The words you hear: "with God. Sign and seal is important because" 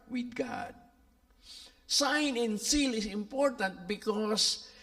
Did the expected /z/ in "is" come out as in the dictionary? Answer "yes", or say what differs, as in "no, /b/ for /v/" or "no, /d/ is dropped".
no, /s/ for /z/